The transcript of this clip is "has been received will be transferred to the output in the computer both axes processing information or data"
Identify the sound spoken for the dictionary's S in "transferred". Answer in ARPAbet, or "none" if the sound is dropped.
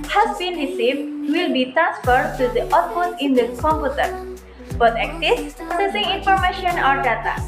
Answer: S